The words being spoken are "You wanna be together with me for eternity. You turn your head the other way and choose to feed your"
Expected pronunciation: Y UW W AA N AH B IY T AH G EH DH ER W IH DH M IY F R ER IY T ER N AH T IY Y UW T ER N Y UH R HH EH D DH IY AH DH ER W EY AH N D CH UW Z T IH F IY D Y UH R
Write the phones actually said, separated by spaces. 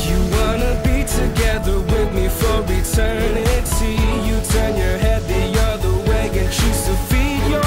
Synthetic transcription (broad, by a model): Y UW W AA N AH B IY T AH G EH DH ER W IH DH M IY F R ER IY T ER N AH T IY Y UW T ER N Y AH R HH EH D DH IY AH DH ER W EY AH N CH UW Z T IH F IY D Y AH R